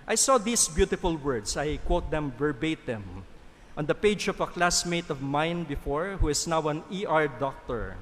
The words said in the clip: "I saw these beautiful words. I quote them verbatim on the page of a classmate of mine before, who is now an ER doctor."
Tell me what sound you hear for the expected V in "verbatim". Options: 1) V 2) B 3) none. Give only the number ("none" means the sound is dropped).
2